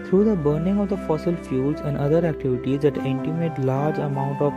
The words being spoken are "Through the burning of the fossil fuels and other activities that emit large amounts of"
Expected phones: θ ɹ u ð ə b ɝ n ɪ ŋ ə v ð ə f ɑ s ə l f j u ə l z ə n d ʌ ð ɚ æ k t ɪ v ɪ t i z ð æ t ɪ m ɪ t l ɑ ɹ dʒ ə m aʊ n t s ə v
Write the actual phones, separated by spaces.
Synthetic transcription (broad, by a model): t ɹ u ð ə b ɝ n ɪ ŋ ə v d ə f ɑ s ə l f j u l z ə n d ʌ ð ɚ æ k t ɪ v ɪ t i z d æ t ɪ m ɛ t l ɑ ɹ dʒ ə m aʊ n t ə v